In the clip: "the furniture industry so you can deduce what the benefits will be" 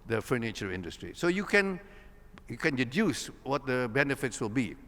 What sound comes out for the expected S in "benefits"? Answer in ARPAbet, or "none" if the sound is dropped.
S